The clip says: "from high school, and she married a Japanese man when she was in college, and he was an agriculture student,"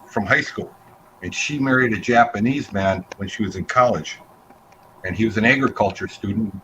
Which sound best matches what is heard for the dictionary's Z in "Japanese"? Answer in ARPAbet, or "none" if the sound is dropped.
Z